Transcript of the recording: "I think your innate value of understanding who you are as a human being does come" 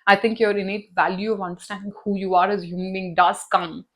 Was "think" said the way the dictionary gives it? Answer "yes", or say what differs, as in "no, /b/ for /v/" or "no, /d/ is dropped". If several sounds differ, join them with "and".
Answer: no, /t/ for /θ/